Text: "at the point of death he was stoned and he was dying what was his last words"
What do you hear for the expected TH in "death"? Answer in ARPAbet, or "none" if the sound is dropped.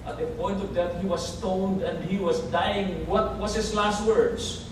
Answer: T